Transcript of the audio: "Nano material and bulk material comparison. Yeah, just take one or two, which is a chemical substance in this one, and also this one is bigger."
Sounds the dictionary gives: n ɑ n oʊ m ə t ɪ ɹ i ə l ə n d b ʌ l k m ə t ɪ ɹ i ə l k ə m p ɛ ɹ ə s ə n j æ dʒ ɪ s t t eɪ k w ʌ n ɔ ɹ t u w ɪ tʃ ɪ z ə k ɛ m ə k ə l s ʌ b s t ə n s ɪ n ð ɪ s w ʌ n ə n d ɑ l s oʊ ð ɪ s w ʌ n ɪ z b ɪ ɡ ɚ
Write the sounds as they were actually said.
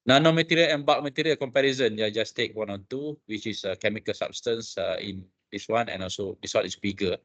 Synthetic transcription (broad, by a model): n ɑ n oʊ m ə t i ɹ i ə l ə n b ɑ k m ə t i ɹ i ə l k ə m p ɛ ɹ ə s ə n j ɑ dʒ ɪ s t t eɪ k w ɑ n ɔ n t u w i tʃ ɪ s ə k ɛ m ə k ə l s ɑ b s t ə n s ɪ n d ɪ s w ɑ n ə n ɑ l s oʊ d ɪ s w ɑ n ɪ s b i ɡ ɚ